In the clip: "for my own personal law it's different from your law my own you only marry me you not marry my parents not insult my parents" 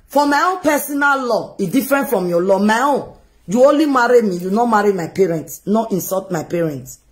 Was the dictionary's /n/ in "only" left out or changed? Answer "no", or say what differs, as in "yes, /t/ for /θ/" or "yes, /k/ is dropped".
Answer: no